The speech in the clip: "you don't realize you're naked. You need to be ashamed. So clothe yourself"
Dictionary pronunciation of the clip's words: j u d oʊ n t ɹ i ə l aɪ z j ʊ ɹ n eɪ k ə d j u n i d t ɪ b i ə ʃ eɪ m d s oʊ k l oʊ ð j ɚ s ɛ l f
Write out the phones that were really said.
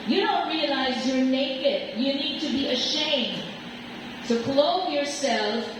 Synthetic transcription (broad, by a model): j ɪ d oʊ n t ɹ i ə l aɪ z j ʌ ɹ n eɪ k ə d j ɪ n i d t ɪ b i ə ʃ eɪ m d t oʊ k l oʊ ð j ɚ s ɛ l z